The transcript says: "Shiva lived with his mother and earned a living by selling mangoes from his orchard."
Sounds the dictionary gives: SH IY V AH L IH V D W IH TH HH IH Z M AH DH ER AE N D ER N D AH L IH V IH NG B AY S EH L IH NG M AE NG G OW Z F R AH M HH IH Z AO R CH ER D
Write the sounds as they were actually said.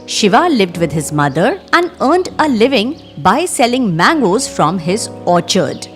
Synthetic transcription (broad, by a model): SH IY V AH L IH V D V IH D HH IH Z M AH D ER AE N D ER N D AH L IH V IH NG B AY S EH L IH NG M AE NG G OW Z F R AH M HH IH Z AO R CH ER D